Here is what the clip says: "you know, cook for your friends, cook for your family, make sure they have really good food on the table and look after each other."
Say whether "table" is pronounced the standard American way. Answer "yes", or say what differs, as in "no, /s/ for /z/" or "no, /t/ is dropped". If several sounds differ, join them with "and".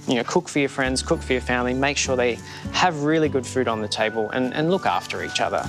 yes